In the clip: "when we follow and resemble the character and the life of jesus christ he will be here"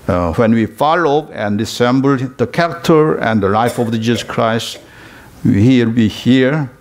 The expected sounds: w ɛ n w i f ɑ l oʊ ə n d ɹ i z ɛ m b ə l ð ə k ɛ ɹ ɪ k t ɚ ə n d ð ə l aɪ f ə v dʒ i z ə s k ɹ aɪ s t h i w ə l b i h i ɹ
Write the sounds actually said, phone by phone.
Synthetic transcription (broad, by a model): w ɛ n w i f ɑ l oʊ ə n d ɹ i s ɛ m b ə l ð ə k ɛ ɹ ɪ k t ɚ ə n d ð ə l aɪ f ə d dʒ i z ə s k ɹ aɪ s t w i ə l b i h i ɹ